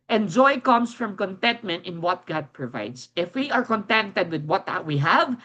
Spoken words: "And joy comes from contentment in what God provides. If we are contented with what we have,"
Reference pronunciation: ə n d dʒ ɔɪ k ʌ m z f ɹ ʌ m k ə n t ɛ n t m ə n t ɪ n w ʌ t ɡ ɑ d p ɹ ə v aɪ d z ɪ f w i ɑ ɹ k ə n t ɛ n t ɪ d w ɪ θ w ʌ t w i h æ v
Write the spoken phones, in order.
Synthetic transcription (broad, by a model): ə n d dʒ ɔɪ k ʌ m s f ɹ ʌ m k ə n t ɛ n t m ə n t ɪ n w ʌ t ɡ ɑ d p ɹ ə v aɪ d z ɪ f w i ɑ ɹ k ə n t ɛ n t ɪ d w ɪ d w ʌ t w i h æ v